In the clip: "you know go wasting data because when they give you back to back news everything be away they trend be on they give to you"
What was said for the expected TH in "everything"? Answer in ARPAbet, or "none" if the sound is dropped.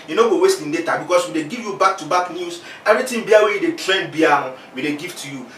T